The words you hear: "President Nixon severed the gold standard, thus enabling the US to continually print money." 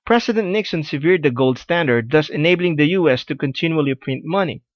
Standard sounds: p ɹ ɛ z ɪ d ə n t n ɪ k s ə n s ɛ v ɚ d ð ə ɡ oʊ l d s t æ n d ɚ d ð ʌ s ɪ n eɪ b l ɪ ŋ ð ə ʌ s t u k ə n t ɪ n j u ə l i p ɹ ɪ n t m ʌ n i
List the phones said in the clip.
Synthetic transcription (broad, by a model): p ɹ ɛ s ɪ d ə n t n ɪ k s ə n s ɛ v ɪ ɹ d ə ɡ oʊ l d s t æ n d ɚ d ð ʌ s ɪ n eɪ b l ɪ ŋ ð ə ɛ s t u k ə n t ɪ n j u ə l i p ɹ ɪ n t m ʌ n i